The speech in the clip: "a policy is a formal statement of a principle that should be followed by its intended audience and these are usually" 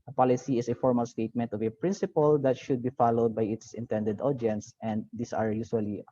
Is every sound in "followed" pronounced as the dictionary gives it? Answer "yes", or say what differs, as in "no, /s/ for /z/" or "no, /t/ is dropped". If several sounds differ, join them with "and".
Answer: yes